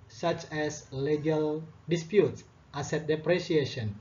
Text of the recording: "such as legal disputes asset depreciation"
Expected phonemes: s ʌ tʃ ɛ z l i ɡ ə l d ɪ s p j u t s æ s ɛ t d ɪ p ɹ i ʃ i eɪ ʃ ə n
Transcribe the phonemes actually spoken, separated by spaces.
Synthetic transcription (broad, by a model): s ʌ tʃ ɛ s l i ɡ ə l d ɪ s p j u t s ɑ s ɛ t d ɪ p ɹ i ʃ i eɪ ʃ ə n